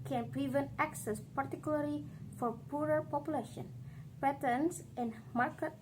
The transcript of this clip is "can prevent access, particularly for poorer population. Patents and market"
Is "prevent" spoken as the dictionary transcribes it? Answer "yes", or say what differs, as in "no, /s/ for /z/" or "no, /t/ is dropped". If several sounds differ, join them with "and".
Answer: yes